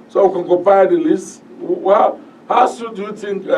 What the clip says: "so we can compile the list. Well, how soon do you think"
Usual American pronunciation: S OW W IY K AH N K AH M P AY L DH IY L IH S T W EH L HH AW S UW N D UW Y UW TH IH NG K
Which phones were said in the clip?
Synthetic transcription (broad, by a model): S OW W IY K AH N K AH P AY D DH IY L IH S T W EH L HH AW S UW D UW Y UW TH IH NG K